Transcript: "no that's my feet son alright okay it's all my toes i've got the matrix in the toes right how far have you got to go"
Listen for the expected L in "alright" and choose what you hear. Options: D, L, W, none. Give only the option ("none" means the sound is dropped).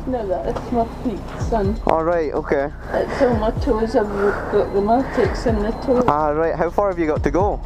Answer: L